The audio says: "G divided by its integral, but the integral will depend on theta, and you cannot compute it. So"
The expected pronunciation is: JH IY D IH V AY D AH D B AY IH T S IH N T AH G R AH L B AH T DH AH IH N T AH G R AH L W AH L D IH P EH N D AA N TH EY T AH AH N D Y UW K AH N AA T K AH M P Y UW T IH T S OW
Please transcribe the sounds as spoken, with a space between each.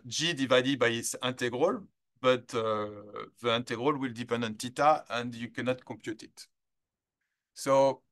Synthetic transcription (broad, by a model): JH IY D IH V AY D AH D B AY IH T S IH N T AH G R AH L B AH T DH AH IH N T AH G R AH L W AH L D IH P EH N D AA N T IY T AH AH N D Y UW K AH N AA T K AH M P Y UW T IH T S OW